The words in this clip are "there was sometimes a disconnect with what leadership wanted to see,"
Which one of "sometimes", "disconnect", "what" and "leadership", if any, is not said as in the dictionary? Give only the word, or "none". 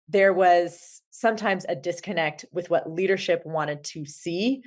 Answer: none